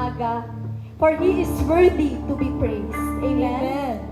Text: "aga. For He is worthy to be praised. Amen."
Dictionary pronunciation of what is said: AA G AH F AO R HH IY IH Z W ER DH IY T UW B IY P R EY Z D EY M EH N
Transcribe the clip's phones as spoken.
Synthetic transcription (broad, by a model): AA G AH F AO R HH IY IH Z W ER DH IY T UW B IY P R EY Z EY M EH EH